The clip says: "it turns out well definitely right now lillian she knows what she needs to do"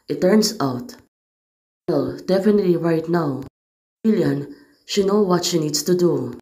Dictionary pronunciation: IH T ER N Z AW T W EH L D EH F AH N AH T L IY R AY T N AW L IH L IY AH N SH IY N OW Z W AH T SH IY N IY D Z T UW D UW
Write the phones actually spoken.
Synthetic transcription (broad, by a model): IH T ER N S AW T W EH L D EH F AH N AH T L IY R AY T N AW W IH L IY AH N SH IY N OW W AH T SH IY N IY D S T UW D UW